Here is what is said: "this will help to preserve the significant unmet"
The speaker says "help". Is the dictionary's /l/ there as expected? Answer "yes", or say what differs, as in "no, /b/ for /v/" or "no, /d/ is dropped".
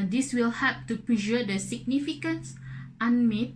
no, /l/ is dropped